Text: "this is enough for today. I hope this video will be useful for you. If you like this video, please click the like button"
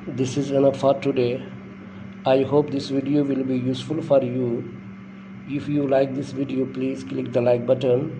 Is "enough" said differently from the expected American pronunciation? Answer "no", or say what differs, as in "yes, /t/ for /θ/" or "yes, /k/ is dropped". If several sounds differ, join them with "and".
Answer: yes, /p/ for /f/